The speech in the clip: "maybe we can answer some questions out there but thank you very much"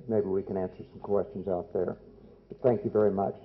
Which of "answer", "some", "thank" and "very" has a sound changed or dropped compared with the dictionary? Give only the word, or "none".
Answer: none